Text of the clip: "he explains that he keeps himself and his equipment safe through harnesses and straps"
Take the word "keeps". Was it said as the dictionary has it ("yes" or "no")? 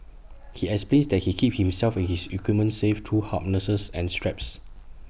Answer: no